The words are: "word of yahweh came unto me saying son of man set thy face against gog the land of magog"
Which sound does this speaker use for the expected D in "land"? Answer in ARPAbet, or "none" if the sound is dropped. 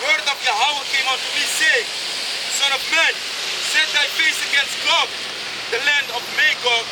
D